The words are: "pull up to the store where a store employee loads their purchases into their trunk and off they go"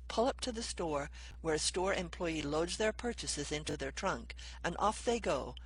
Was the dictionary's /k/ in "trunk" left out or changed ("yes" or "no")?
no